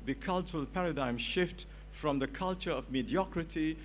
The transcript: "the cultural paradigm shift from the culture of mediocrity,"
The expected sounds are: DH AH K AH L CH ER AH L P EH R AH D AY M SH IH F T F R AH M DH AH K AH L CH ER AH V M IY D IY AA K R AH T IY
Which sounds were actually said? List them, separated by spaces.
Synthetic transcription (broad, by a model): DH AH K AH L CH ER AH L P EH R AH D AY M SH IH F T F R AH M DH AH K AH L CH ER AH V M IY D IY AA K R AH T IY